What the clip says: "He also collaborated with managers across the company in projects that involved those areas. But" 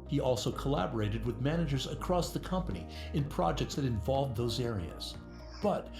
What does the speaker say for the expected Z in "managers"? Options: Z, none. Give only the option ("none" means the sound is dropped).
Z